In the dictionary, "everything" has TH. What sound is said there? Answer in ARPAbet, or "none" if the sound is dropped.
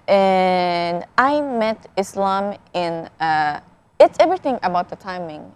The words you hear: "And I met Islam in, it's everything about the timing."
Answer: TH